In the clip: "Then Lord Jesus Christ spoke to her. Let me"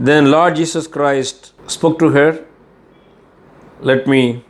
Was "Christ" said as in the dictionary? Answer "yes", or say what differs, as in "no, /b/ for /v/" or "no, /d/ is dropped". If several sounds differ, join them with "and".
yes